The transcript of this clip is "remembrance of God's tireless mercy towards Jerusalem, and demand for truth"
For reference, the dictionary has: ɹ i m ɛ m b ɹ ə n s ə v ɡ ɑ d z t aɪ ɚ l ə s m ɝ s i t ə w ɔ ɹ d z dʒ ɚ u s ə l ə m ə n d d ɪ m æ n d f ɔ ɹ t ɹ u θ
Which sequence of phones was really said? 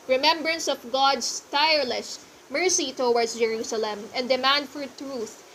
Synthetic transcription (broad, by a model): ɹ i m ɛ m b ɹ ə n s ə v ɡ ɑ d s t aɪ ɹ l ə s m ɝ s i t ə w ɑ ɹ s dʒ ɚ u s ə l ə m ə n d d ɪ m æ n d f ɔ ɹ t ɹ u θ